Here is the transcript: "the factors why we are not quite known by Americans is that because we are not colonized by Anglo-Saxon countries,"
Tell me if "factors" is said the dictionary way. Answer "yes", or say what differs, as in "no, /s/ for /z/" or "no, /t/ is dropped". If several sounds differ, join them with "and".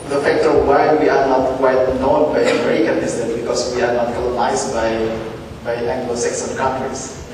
no, /z/ is dropped